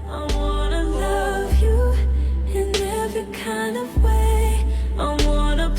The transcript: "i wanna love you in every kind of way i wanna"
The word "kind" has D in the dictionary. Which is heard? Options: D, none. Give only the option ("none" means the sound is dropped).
D